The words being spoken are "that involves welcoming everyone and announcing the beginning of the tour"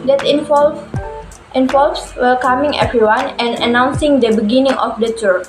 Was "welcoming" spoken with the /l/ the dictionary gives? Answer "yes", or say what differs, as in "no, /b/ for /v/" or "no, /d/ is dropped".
no, /l/ is dropped